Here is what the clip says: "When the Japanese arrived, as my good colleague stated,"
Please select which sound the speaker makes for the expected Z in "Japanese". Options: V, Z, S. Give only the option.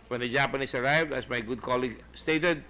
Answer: S